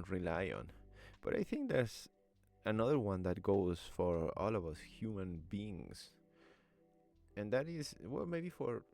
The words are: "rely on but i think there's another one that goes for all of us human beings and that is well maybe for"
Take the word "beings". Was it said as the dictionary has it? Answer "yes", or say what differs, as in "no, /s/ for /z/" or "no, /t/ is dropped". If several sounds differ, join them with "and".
no, /s/ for /z/